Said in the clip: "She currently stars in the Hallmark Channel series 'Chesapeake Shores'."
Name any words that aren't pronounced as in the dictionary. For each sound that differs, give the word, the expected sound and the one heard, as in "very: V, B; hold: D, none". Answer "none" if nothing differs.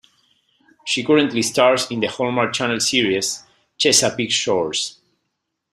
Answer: stars: Z, S; series: Z, S; shores: Z, S